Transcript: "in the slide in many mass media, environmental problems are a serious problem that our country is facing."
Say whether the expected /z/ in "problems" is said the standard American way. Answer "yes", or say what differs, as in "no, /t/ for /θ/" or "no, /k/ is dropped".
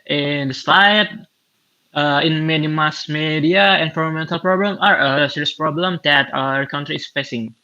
no, /z/ is dropped